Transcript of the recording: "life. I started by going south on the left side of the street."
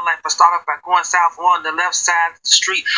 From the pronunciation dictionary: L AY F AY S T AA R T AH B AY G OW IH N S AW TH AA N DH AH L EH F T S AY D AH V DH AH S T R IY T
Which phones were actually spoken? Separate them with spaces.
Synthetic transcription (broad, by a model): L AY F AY S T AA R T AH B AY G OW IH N S AW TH AA N DH AH L EH F T S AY AH DH AH S T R IY T